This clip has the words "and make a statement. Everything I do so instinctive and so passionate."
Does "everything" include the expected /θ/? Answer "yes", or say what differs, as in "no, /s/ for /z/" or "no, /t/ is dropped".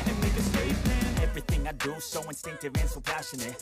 yes